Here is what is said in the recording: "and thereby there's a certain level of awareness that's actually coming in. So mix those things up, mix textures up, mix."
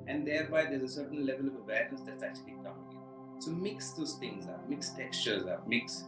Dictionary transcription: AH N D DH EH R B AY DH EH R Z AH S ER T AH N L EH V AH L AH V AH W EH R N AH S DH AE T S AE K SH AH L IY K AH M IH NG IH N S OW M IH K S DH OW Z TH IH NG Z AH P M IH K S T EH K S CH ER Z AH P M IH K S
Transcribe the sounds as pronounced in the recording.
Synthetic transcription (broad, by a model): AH N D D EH R B AY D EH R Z AH S ER T AH N L EH V AH L AH V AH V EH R AH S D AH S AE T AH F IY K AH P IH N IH S OW M IH K S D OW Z T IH NG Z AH M IH K S T EH K S CH ER Z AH M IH K S